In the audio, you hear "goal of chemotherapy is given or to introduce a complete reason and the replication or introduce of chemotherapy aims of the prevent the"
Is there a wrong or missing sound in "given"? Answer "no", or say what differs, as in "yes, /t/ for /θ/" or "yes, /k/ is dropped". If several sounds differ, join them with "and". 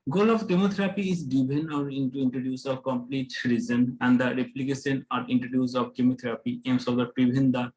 yes, /b/ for /v/